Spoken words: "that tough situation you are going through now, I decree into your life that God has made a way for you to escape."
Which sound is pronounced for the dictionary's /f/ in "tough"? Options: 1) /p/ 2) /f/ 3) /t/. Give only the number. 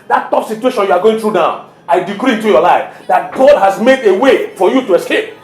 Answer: 1